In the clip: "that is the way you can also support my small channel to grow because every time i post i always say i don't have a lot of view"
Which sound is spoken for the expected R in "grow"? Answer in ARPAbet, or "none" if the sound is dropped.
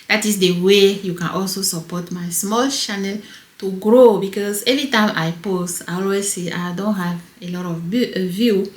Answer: R